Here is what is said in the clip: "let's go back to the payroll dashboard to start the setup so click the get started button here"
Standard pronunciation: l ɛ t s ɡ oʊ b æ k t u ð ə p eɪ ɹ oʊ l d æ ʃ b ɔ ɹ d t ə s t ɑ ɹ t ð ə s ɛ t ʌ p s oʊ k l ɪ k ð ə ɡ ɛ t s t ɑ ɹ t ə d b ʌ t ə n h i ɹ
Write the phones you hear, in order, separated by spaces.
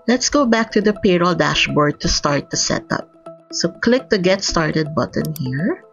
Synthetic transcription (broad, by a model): l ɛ t s ɡ oʊ b æ k t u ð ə p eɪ ɹ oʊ l d æ ʃ b ɔ ɹ d t ə s t ɑ ɹ t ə s ɛ t ʌ p s oʊ k l ɪ k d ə ɡ ɛ t s t ɑ ɹ t ə d b ʌ t ə n h i ɹ